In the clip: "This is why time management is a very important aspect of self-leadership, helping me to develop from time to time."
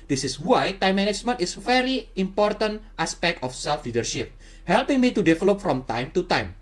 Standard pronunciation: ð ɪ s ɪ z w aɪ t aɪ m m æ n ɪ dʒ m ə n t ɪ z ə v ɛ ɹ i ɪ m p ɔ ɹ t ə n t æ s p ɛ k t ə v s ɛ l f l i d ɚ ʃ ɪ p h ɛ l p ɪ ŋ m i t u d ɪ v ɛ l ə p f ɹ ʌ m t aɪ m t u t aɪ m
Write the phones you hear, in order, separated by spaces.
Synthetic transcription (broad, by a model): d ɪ s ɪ s w aɪ t aɪ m m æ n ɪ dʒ m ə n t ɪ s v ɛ ɹ i ɪ m p ɔ ɹ t ə n t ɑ s p ɛ k t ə f s ɛ l f l i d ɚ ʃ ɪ p h ɛ l p ɪ ŋ m i t u d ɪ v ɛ l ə p f ɹ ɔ m t aɪ m t u t aɪ m